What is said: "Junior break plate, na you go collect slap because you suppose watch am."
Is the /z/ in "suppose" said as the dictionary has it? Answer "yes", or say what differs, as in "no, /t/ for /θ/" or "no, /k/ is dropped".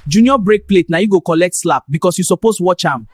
no, /s/ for /z/